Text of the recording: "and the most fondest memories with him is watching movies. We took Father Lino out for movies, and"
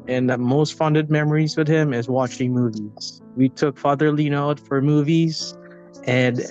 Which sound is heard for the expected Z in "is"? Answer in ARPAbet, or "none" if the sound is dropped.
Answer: Z